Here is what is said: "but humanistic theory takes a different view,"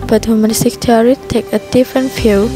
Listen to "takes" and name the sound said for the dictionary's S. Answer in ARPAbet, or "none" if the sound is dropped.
none